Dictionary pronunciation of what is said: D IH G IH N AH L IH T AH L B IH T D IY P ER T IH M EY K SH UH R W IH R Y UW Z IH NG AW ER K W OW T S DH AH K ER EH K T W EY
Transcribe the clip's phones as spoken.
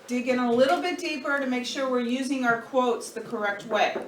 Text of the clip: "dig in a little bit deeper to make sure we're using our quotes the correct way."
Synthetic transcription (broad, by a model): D IH G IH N AH L IH T L B IH T D IY P ER T IH M EY K SH UH R W IH R Y UW Z IH NG AW ER K W OW T S DH AH K ER EH K T W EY